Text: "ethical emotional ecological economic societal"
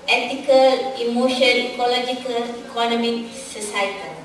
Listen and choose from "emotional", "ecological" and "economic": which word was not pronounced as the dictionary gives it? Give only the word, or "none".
emotional